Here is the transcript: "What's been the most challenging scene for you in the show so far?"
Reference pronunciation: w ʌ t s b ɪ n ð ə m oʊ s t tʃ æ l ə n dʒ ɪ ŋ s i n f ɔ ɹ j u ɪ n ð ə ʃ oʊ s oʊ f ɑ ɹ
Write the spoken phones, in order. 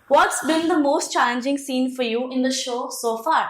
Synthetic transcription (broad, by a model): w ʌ t s b ɪ n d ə m oʊ s t tʃ æ l ə n dʒ ɪ ŋ s i n f ɔ ɹ j u ɪ n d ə ʃ oʊ s oʊ f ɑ ɹ